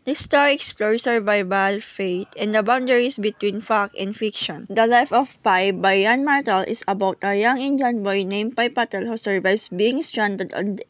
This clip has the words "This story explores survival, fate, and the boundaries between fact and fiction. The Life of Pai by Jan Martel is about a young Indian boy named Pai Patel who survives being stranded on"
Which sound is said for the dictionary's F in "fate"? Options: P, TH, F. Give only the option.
F